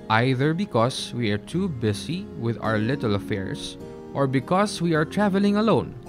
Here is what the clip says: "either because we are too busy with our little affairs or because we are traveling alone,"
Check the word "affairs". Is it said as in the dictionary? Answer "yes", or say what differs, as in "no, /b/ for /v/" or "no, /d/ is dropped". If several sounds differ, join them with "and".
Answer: no, /s/ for /z/